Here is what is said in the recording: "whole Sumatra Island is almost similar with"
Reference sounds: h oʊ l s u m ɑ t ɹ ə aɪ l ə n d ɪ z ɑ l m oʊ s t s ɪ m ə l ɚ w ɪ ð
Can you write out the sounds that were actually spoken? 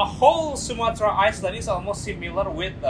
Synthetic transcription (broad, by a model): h oʊ l s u m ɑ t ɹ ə aɪ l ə d ɪ z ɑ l m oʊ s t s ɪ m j l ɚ w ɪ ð